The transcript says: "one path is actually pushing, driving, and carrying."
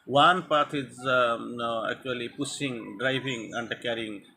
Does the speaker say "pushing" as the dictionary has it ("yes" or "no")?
no